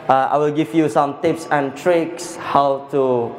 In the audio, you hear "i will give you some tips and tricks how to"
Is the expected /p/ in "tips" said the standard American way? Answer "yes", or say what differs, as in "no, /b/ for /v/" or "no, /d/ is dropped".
yes